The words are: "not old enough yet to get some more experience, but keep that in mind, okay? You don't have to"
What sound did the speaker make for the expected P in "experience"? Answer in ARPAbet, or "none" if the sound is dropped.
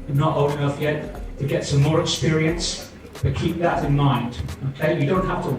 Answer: P